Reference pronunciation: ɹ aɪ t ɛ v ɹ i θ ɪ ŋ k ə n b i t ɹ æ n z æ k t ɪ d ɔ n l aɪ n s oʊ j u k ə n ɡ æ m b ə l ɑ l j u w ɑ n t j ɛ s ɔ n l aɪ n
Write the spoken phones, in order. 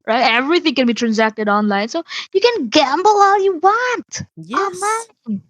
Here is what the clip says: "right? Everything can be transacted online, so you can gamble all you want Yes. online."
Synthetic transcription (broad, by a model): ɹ aɪ t ɛ v ɹ i θ ɪ ŋ k ə n b i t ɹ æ n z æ k t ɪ d ɔ n l aɪ n s oʊ j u k ə n ɡ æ m b l ɑ l j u w ɑ n t j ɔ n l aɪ n